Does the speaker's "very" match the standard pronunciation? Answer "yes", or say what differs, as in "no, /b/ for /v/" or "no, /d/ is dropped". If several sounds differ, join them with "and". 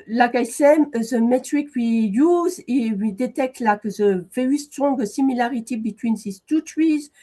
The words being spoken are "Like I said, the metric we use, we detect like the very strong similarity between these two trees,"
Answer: no, /ɹ/ is dropped